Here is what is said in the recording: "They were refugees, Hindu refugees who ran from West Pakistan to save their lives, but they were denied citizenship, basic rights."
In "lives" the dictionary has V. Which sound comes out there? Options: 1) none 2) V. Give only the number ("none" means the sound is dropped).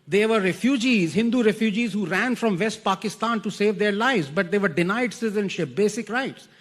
2